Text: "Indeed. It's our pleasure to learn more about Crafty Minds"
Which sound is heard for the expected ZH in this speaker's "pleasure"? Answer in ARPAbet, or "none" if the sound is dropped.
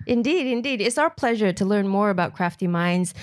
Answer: ZH